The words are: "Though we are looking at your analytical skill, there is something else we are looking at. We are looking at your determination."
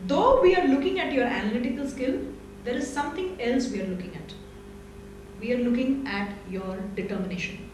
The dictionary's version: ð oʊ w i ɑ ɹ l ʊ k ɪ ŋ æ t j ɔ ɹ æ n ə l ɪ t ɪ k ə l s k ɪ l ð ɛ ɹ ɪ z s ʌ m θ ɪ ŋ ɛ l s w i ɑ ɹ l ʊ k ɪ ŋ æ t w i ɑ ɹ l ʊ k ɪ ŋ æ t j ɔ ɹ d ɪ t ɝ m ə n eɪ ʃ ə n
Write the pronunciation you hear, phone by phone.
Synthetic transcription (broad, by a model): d oʊ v i ɑ ɹ l ʊ k ɪ ŋ æ t j ɔ ɹ æ n ə l ɪ t ɪ k ə l s k ɪ l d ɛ ɹ ɪ z s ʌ m t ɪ ŋ ɛ l s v i ɑ ɹ l ʊ k ɪ ŋ æ t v i ɑ ɹ l ʊ k ɪ ŋ æ t j ɔ ɹ d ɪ t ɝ m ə n eɪ ʃ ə n